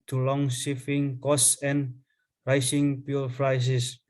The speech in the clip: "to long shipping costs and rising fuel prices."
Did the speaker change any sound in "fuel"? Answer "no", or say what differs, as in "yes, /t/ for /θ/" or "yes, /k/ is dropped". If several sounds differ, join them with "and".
yes, /p/ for /f/